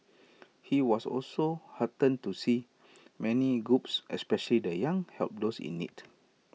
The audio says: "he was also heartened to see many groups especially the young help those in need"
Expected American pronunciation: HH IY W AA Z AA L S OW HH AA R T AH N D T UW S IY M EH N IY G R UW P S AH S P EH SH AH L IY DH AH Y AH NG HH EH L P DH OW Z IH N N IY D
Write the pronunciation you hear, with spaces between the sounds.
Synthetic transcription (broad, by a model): HH IY W AA S AA L S OW HH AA T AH N T UW S IY M EH N IY G R UW P S AH S P EH SH AH L IY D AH Y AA NG HH EH L P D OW S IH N N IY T